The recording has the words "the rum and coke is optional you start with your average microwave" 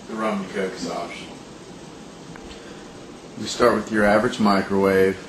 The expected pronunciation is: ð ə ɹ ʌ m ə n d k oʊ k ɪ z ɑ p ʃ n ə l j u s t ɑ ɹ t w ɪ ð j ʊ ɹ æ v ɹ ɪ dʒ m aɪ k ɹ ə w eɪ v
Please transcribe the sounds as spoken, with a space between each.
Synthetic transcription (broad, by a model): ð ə ɹ ʌ m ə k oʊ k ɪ s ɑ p ʃ ə n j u s t ɑ ɹ t w ɪ ð j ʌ ɹ æ v ɹ ɪ dʒ m aɪ k ɹ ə w eɪ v